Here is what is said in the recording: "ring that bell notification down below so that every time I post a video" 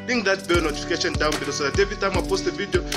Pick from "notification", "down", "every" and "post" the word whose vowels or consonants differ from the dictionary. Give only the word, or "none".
every